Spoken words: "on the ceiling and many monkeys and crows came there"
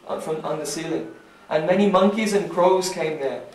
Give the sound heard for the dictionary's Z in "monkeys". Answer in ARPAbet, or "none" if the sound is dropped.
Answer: Z